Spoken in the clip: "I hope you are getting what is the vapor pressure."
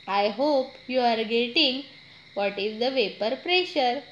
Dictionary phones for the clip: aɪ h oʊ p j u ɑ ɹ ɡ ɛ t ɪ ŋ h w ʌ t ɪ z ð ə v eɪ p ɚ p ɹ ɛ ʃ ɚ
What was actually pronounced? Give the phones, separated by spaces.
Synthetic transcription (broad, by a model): aɪ h oʊ p j u ɑ ɹ ɡ ɛ t ɪ ŋ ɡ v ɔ t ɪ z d ə v eɪ p ɚ p ɹ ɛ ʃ ɚ